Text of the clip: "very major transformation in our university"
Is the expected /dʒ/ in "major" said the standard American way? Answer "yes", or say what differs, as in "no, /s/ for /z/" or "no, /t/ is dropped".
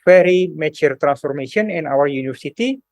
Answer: no, /tʃ/ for /dʒ/